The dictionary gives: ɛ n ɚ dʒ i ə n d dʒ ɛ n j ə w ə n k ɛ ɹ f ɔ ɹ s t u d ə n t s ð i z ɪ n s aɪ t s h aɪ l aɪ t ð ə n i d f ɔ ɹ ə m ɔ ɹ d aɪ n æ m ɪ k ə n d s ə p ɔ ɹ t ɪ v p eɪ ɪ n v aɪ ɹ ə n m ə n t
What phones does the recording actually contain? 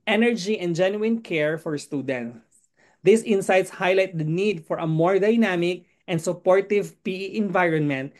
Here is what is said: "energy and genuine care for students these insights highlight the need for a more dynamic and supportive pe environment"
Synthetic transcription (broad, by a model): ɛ n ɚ dʒ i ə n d dʒ ɛ n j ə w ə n k ɛ ɹ f ɔ ɹ s t u d ə n t s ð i s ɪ n s aɪ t s h aɪ l aɪ t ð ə n i d f ɔ ɹ ə m ɔ ɹ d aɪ n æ m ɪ k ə n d s ə p ɔ ɹ t ɪ v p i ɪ n v aɪ ɹ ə n m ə n t